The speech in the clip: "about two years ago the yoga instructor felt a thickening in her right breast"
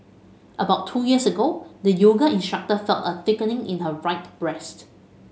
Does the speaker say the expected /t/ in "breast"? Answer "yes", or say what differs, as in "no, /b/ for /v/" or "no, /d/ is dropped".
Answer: yes